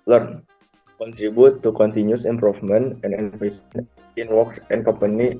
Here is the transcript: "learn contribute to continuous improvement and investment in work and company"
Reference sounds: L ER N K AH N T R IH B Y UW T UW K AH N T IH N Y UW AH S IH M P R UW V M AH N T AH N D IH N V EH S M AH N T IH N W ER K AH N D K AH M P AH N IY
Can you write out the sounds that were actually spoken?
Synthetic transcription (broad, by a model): L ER N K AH N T R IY B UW T UW K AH N T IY N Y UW S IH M P R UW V M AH N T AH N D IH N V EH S AH N IH N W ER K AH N K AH M P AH N IY